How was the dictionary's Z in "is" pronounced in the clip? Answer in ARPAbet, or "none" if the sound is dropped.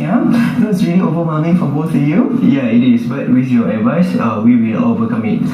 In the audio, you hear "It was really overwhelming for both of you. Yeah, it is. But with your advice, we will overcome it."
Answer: S